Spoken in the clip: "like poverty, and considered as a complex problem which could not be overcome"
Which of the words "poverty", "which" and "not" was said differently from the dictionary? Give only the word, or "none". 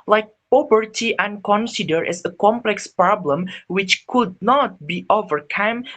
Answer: poverty